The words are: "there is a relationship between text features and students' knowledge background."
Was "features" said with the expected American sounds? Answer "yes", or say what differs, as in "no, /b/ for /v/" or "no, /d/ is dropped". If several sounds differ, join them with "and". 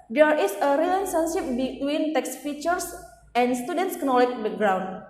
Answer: no, /s/ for /z/